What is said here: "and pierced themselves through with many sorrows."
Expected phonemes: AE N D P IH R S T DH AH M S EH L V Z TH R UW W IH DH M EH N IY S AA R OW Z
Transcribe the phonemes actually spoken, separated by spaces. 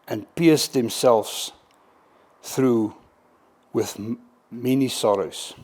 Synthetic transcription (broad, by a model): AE N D P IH S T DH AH M S EH L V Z TH R UW W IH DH M EH N IY S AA R OW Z